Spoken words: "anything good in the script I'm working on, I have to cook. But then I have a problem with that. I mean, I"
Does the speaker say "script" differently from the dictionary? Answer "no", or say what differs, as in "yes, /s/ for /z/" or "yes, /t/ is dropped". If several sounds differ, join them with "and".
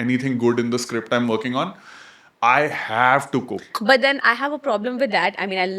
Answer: no